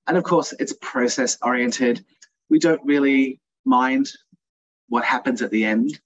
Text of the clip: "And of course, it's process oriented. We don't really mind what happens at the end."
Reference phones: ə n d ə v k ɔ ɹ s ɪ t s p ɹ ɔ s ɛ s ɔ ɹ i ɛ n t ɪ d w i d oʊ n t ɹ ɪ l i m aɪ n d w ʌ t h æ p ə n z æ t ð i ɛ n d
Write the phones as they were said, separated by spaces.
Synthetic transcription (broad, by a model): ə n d ə v k ɔ ɹ s ɪ t s p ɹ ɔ s ɛ s ɔ ɹ i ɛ n t ɪ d w i d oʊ n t ɹ ɪ l i m aɪ n d w ʌ t h æ p ə n z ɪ t ð i ɛ n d